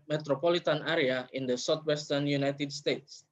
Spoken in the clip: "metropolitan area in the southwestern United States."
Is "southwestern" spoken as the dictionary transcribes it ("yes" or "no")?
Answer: no